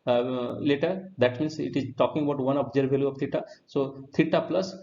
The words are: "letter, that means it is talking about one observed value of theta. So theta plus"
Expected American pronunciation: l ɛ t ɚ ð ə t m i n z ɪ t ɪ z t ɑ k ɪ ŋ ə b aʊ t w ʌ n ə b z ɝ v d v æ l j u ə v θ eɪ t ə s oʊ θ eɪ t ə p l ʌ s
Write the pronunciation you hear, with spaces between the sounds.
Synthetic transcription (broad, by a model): l ɛ t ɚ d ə t m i n s ɪ t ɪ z t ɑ k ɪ ŋ ə b aʊ t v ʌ n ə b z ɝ d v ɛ l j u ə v t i t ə s oʊ t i t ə p l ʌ s